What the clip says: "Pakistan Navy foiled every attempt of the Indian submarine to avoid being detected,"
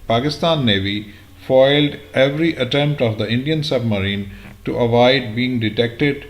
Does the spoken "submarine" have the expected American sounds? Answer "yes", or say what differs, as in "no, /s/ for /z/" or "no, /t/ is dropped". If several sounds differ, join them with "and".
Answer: yes